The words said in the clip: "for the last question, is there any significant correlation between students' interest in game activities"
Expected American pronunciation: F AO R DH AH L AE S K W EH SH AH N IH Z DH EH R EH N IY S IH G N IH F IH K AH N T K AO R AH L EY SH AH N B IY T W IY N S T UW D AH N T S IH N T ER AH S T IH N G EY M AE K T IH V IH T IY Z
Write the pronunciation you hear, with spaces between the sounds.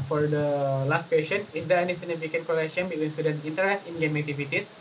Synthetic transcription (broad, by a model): F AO R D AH L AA S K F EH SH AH N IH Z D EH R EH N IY S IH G N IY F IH K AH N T K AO L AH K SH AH N B IY T W IY N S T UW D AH N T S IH N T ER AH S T IH N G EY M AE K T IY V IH T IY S